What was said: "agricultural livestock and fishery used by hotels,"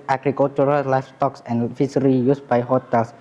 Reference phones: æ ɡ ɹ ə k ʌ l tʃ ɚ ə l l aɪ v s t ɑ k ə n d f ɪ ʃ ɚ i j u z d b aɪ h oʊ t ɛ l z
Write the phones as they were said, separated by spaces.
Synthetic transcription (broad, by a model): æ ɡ ɹ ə k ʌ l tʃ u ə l l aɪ f s t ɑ k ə n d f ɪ s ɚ i j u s b aɪ h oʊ t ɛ l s